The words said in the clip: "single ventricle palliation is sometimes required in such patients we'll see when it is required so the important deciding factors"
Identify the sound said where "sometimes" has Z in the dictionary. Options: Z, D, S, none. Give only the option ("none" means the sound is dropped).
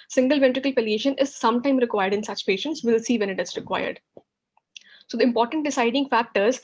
none